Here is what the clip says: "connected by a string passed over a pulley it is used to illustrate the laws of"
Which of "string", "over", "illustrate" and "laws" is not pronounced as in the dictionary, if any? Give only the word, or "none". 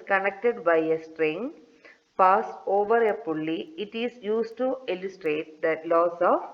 laws